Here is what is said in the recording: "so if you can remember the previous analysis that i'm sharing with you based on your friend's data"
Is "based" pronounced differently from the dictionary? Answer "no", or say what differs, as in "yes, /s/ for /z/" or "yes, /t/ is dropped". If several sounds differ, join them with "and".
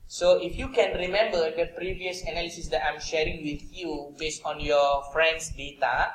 no